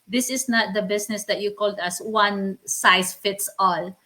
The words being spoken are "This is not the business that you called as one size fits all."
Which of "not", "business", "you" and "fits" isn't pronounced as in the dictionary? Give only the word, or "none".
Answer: business